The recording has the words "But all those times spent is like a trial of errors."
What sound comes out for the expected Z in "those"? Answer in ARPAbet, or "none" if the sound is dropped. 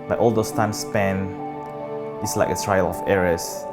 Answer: S